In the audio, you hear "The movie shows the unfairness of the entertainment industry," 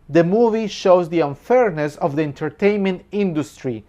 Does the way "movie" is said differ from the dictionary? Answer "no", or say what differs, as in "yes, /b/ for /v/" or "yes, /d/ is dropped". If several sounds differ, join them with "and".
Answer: no